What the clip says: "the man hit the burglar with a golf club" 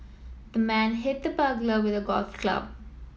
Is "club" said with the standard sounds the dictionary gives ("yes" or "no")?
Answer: yes